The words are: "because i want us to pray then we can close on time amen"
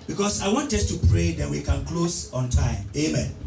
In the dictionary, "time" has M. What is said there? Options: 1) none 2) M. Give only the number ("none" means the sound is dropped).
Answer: 2